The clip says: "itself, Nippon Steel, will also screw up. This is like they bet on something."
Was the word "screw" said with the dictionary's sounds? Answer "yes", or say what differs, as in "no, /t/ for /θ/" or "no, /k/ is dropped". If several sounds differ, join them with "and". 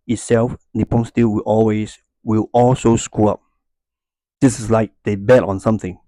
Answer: no, /ɹ/ is dropped